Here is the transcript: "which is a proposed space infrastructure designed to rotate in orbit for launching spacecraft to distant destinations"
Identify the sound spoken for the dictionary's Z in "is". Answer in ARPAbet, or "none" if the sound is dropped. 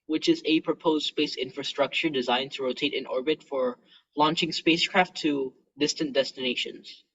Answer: Z